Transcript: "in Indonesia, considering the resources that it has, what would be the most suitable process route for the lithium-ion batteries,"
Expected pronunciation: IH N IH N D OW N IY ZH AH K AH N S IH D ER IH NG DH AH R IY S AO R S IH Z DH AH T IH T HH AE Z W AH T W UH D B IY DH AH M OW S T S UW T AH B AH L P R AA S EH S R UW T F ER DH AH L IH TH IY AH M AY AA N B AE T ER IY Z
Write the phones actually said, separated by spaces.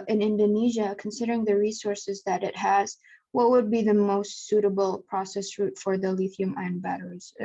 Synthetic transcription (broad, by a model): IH N IH N D OW N IY ZH AH K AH N S IH D ER IH NG DH AH R IY S AO R S IH Z DH AH T IH T HH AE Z W AH T W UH D B IY DH AH M OW S T S UW T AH B L P R AA S EH S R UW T F ER DH AH L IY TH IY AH M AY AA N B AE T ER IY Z